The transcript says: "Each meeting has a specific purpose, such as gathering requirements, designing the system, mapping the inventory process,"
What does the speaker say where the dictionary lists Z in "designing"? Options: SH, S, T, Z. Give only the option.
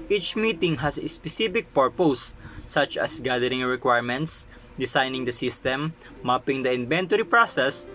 S